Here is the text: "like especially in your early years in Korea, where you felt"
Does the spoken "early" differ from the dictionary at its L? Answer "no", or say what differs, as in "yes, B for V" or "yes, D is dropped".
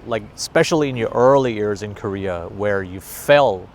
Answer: no